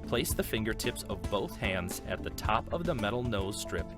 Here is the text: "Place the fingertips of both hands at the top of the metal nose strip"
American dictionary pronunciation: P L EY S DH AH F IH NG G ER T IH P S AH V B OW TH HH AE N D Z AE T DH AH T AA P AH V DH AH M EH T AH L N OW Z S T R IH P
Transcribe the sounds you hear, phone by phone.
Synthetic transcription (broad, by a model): P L EY S DH AH F IH NG G ER T IH P S AH V B OW TH HH AE N D Z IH T DH AH T AA P AH V DH AH M EH T L N OW Z S T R IH P